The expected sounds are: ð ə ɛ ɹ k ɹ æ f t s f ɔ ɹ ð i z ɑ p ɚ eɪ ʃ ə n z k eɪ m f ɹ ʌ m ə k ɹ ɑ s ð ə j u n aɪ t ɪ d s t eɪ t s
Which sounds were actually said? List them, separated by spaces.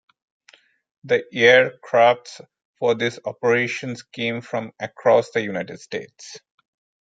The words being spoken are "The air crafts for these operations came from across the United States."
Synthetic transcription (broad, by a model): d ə ɛ ɹ k ɹ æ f t s f ɔ ɹ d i s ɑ p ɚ eɪ ʃ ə n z k eɪ m f ɹ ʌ m ə k ɹ ɑ s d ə j u n aɪ t ɪ d s t eɪ t s